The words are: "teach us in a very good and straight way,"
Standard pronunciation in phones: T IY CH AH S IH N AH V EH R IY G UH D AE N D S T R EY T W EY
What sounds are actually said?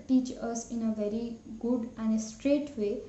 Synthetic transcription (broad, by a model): T IY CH AH S IH N AH V EH R IY G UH D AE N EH S T R EY T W EY